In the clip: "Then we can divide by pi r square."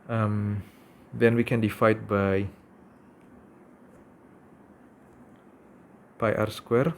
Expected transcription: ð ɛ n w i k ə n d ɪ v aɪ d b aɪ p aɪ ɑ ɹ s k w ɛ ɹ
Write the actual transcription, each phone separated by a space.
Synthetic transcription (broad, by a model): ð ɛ n w i k ə n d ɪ f aɪ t b aɪ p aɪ ɑ ɹ s k w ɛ ɹ